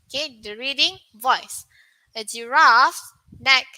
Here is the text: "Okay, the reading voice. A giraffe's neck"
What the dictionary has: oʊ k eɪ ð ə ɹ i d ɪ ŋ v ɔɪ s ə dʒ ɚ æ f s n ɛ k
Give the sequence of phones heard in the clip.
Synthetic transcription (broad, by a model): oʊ k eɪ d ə ɹ i d ɪ ŋ v ɔɪ s ə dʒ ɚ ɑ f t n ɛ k